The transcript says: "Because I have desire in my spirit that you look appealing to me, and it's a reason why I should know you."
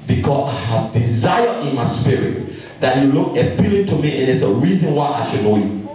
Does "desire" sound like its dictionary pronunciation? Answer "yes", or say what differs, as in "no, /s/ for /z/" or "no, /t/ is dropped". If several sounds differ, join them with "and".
yes